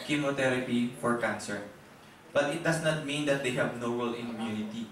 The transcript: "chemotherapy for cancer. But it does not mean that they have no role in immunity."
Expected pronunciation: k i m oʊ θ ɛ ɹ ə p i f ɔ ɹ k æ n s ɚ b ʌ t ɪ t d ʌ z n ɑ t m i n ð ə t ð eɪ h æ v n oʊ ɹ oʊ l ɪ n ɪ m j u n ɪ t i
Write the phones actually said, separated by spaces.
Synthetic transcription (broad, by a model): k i m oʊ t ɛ ɹ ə p i f ɔ ɹ k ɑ n s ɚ b ʌ t ɪ t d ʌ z n ɑ t m i n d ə t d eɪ h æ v n oʊ w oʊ l ɪ n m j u n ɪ t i